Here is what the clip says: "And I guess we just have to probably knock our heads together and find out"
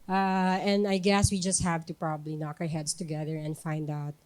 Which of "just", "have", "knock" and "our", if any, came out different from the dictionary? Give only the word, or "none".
none